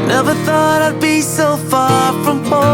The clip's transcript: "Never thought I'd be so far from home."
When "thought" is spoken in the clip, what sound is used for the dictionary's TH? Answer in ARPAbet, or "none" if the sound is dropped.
TH